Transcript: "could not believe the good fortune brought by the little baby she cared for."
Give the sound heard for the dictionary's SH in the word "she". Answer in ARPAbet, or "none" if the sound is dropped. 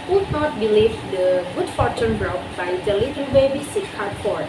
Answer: S